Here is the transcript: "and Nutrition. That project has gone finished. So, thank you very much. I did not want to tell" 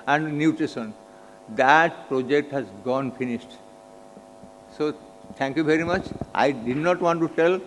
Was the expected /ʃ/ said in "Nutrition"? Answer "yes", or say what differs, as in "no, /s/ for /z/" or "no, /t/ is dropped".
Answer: no, /s/ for /ʃ/